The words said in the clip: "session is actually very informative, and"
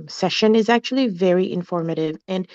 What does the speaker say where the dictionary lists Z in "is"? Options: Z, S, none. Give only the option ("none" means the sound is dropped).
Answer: Z